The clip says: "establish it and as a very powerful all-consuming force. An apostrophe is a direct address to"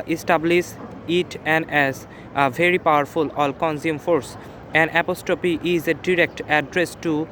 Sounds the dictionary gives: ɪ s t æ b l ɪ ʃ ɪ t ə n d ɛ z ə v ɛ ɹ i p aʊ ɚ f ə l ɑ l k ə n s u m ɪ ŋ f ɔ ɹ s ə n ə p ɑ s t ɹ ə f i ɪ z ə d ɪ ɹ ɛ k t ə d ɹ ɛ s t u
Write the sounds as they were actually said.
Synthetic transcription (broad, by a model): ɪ s t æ b l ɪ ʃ ɪ t ə n d ɛ z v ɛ ɹ i p aʊ ɚ f ə l ɑ l k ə n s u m f ɔ ɹ s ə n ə p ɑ s t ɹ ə p i ɪ z ə d ɪ ɹ ɛ k t ə d ɹ ɛ s t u